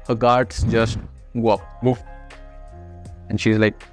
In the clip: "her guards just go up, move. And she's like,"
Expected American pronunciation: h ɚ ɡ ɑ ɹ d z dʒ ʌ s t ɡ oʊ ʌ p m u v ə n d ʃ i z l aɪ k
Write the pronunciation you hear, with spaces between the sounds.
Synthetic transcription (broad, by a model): h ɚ ɡ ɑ ɹ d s dʒ ʌ s t ɡ oʊ ʌ p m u ə n ʃ i z l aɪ k